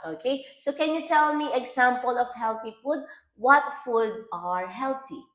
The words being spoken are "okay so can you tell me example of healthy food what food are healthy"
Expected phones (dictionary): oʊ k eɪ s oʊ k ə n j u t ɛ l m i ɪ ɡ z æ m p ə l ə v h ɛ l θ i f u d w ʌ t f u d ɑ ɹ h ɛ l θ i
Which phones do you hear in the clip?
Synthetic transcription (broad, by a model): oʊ k eɪ s oʊ k ə n j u t ɛ l m i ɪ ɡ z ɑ m p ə l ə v h ɛ l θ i f u d w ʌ t f u d ɑ ɹ h ɛ l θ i